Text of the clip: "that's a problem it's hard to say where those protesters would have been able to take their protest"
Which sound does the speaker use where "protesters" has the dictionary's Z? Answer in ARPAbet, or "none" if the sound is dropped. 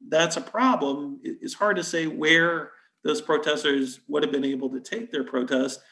Z